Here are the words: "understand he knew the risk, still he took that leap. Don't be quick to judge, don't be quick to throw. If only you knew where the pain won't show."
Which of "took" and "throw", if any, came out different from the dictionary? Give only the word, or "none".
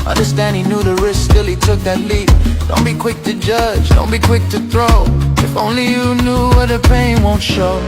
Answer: none